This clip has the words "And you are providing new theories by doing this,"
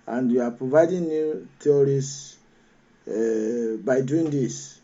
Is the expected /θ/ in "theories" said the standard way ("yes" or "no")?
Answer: no